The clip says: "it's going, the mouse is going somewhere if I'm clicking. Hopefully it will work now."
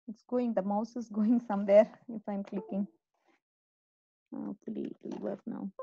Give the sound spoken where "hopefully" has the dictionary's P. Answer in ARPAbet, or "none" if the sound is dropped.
none